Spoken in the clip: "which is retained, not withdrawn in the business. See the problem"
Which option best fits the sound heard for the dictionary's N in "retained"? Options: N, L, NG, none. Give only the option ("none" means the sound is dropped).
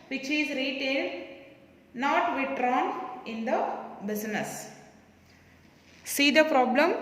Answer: L